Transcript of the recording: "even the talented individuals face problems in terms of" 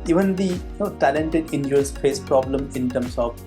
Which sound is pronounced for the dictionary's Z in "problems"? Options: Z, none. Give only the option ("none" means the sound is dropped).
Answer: none